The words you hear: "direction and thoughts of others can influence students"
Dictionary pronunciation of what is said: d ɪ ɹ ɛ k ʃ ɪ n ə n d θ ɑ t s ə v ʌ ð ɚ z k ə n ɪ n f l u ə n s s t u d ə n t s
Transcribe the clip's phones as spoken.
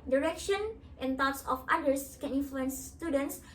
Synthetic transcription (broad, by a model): d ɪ ɹ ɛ k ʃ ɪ n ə n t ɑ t s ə f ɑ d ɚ s k ə n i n f l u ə n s s t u d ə n t s